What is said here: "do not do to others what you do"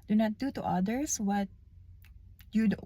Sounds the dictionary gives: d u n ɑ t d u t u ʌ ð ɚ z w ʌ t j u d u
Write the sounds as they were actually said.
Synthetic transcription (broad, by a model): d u n ɑ t d u t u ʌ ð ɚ s w ʌ t j u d